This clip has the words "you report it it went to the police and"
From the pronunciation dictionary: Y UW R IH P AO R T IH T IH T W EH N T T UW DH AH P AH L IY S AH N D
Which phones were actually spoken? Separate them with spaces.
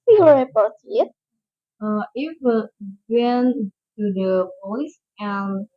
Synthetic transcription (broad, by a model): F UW R IH P AO R T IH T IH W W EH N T T UW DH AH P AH IY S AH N